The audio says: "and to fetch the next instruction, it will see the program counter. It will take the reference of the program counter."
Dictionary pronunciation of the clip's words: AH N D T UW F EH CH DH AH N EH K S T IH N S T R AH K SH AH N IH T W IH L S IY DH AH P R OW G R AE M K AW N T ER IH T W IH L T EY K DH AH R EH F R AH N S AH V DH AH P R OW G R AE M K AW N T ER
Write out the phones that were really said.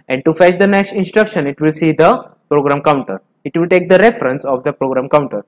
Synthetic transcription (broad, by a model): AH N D T UW F EH CH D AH N EH K S T IH N S T R AH K SH AH N IH T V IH L S IY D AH P R OW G R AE M K AW N T ER IH T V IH L T EY K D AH R EH F R AH N S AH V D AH P R OW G R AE M K AW N T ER